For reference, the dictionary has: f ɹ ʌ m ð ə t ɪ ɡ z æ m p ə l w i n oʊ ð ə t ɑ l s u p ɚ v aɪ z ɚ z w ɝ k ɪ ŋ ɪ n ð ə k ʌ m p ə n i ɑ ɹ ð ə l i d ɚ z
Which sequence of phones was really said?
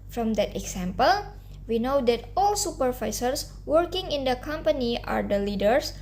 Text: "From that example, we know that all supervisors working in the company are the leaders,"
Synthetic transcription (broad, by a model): f ɹ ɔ m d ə t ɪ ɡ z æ m p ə l w i n oʊ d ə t ɑ l s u p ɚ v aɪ s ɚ s w ɝ k ɪ ŋ ɪ n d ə k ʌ m p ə n i ɑ ɹ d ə l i d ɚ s